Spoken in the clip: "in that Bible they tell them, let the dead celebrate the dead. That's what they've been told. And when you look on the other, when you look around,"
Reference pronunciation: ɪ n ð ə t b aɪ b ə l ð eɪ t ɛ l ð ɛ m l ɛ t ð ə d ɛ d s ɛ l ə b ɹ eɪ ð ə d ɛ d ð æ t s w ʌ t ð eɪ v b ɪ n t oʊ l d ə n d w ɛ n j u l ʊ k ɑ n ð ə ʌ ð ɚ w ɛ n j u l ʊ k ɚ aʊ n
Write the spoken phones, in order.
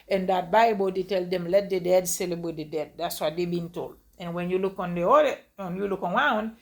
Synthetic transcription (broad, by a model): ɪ n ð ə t b aɪ b ə l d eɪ t ɛ l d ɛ m l ɛ t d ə d ɛ d s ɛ l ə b w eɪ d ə d ɛ d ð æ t s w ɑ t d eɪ b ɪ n t oʊ l d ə n w ɛ n j u l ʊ k ɑ n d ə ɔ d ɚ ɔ n j u l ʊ k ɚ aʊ n